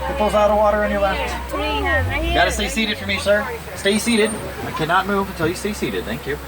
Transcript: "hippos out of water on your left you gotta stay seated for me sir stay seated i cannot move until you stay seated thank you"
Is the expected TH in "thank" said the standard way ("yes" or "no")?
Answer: yes